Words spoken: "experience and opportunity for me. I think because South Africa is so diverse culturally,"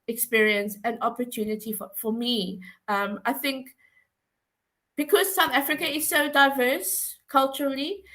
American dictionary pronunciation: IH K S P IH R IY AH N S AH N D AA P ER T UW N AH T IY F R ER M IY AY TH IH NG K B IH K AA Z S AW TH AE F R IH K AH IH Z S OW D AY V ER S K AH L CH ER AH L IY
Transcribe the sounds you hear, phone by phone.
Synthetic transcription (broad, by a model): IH K S P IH R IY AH N S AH N AA P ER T UW N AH T IY F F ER M IY AY TH IH NG K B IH K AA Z S AW TH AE F R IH K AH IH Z S OW D AY V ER S K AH L CH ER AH L IY